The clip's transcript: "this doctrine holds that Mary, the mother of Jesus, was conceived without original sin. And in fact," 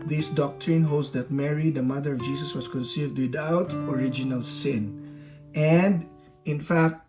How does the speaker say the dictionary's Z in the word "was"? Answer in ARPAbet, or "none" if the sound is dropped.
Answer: S